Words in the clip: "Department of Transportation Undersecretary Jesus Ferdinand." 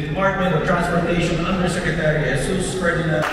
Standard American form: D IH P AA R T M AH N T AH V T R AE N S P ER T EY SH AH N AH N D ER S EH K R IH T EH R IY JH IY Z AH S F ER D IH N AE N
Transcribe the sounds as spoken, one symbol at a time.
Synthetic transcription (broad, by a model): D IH P AA R T M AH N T AH V T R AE N S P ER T EY SH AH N AH N D ER S EH K R IH T EH R IY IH S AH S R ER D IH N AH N